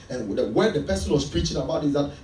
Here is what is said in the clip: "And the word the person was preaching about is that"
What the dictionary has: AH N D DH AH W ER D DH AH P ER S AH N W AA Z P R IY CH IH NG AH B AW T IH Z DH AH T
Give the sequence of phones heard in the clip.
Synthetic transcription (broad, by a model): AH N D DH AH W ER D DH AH P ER S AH N W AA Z P R IY CH IH NG AH B AW T IH Z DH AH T